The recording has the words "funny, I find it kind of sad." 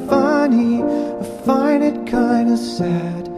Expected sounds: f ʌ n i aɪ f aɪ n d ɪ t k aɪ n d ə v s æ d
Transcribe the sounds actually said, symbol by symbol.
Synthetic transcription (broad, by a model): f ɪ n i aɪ f aɪ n ɪ t k aɪ n d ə s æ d